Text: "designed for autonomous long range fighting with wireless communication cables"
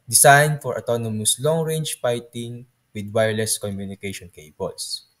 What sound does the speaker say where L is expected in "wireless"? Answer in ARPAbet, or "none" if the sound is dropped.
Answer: L